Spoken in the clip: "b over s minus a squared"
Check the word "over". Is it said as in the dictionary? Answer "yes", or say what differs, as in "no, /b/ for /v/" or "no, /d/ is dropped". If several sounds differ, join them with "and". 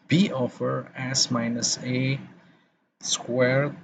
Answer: no, /f/ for /v/